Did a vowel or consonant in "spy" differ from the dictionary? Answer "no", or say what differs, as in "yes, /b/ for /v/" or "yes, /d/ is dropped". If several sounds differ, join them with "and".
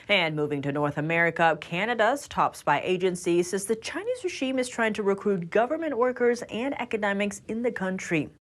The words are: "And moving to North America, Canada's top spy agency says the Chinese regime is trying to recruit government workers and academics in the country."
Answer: yes, /b/ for /p/